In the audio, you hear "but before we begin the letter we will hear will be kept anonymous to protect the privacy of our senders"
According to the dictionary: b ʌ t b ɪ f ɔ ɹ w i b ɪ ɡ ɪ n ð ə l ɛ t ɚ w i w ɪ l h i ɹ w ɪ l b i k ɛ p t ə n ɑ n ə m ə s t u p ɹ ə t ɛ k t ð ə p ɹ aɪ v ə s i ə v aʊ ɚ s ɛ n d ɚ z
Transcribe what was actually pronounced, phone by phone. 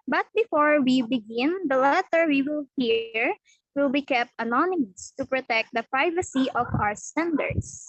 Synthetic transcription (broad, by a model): b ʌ t b ɪ f ɔ ɹ w i b ɪ ɡ ɪ n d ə l ɛ t ɚ w i w ɪ l h i ɹ w ɪ l b i k ɛ p t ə n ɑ n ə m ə s t u p ɹ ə t ɛ k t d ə p ɹ aɪ v ə s i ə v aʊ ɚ s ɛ n d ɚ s